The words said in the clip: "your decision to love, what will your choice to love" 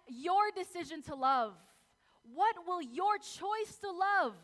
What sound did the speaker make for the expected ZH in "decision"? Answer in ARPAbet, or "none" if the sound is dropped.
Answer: ZH